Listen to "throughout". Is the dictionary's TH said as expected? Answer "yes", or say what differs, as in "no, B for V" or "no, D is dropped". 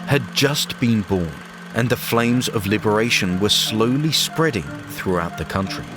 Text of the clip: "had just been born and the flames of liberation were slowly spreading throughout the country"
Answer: yes